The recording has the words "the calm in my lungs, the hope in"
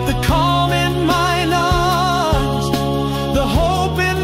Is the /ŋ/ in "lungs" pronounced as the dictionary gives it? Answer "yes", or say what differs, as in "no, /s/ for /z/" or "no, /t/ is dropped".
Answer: no, /ŋ/ is dropped